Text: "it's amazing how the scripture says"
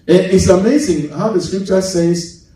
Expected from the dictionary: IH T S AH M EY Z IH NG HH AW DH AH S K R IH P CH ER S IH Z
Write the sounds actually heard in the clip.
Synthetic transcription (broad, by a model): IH T S AH M EY Z IH NG HH AW DH AH S K R IH P CH ER S IH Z